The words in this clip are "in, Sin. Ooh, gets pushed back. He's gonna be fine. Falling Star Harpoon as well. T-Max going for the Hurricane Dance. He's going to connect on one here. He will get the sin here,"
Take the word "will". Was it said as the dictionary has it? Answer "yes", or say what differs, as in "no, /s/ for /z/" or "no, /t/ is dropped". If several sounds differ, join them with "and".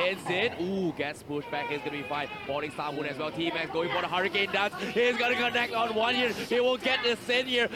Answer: no, /n/ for /l/